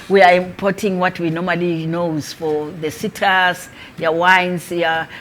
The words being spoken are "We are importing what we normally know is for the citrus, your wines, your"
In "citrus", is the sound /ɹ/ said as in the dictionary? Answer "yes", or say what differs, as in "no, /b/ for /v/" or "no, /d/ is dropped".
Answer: no, /ɹ/ is dropped